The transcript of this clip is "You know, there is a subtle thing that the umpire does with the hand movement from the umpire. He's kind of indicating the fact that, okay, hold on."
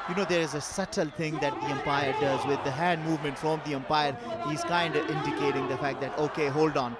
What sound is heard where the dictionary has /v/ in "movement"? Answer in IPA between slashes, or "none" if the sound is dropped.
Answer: /v/